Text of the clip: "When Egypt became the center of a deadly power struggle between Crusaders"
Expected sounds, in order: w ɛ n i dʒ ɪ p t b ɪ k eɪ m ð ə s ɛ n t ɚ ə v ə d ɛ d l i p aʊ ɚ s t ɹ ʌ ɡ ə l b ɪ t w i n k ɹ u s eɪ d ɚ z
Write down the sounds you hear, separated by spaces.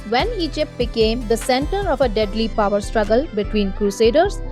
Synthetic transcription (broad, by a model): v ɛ n i dʒ ɪ p t b ɪ k eɪ m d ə s ɛ n t ɚ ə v ə d ɛ d l i p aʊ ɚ s t ɹ ʌ ɡ ə l b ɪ t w i n k ɹ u s eɪ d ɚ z